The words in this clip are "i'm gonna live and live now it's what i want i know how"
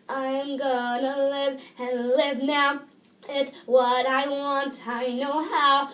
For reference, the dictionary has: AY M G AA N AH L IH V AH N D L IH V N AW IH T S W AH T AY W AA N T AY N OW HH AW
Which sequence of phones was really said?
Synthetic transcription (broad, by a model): AY M G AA N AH L IH V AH N L IH V N AW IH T W AH T AY W AA N T AY N OW HH AW